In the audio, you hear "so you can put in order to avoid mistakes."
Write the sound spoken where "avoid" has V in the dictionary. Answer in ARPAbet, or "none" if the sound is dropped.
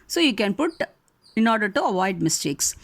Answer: V